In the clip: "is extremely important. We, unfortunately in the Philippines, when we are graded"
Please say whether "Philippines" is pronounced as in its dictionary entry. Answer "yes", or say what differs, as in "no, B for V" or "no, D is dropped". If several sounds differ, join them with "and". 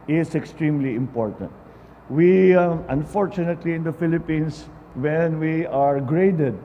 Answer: no, S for Z